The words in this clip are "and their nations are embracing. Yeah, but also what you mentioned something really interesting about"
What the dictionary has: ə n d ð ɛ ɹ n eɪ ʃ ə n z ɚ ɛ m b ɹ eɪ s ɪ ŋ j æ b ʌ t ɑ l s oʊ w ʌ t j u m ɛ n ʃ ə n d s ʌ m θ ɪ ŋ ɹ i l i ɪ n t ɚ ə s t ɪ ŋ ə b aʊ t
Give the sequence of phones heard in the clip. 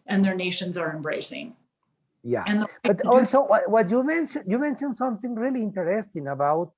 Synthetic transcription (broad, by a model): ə n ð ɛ ɹ n eɪ ʃ ə n z ɚ ɛ m b ɹ eɪ s ɪ ŋ j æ b ʌ t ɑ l s oʊ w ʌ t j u m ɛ n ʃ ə n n s ʌ m θ ɪ ŋ ɹ i l i ɪ n t ɚ ə s t ɪ ŋ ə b aʊ t